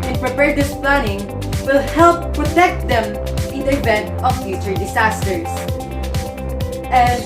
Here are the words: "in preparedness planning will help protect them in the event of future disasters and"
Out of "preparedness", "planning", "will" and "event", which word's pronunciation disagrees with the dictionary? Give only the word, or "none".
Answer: preparedness